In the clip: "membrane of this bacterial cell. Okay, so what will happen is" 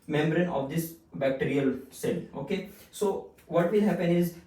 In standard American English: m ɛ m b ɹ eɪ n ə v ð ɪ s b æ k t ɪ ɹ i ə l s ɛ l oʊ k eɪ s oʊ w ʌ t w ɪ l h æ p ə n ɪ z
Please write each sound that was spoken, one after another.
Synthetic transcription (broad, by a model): m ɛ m b ɹ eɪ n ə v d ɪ s b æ k t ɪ ɹ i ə l s ɛ l oʊ k eɪ s oʊ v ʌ t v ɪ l h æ p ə n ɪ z